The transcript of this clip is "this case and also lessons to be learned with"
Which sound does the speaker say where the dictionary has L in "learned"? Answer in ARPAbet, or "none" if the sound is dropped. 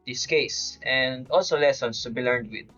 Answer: L